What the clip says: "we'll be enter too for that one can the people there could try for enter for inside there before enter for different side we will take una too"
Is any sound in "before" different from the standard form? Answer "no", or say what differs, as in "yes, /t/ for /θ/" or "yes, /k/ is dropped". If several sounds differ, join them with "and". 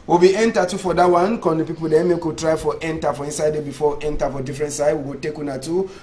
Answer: yes, /w/ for /ɹ/